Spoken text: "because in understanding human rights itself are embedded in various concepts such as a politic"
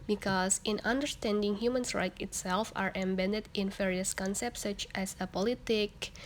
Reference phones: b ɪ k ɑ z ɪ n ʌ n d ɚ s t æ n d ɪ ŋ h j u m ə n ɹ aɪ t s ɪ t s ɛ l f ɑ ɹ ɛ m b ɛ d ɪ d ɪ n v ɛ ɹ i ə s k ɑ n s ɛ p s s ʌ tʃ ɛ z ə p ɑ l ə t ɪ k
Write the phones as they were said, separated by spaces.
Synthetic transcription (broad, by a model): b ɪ k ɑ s ɪ n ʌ n d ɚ s t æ n d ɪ ŋ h j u m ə n ɹ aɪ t ɪ t s ɛ l f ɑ ɹ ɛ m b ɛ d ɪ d ɪ n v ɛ ɹ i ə s k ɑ n s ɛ p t s ʌ tʃ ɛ s ə p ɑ l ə t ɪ k